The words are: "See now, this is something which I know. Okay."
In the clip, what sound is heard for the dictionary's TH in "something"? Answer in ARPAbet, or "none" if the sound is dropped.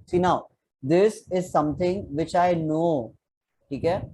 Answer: T